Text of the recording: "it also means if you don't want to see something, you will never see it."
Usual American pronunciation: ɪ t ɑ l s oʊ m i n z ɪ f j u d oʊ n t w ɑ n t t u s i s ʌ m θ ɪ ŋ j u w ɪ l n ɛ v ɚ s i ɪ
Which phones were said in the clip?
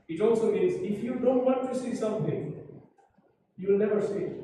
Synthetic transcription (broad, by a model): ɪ t ɑ l s oʊ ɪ z ɪ f j u d oʊ n t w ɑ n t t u s i s ʌ m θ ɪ ŋ j u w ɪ l n ɛ v ɚ s i